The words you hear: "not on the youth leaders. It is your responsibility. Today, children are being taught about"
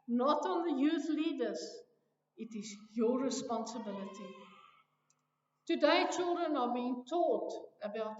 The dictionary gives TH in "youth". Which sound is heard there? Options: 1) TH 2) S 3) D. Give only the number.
1